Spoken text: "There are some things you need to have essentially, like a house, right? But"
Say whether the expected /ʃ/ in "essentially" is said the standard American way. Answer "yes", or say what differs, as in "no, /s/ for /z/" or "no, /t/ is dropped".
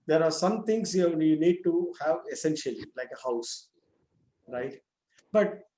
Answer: yes